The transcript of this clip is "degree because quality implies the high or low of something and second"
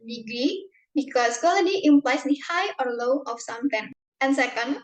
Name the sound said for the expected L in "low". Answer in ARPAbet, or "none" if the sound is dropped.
L